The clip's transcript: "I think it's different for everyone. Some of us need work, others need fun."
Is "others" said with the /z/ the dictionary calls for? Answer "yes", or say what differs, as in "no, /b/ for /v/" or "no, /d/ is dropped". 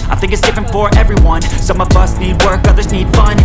yes